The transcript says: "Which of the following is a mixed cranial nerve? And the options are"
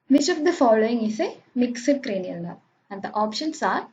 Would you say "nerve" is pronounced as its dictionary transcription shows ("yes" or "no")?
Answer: no